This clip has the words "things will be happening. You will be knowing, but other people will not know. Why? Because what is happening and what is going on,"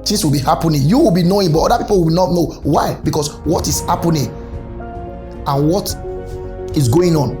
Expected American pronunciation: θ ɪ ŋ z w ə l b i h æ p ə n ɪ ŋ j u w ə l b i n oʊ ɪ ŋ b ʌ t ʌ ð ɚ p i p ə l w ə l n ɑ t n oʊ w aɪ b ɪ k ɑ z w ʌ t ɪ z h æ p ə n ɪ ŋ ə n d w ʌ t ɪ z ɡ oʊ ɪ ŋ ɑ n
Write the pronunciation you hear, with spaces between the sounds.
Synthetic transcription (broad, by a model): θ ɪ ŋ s w ə l b i h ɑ p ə n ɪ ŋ j u w ə l b i n oʊ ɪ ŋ b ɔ t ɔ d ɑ p i p ə l w ə l n ɑ t n oʊ w aɪ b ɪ k ɑ s w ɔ t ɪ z h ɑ p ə n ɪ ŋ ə n w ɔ t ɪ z ɡ oʊ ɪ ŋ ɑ n